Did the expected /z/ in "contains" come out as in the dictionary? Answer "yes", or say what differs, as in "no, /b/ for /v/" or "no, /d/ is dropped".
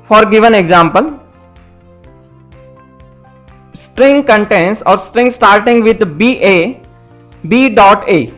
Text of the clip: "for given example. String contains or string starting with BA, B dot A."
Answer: no, /s/ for /z/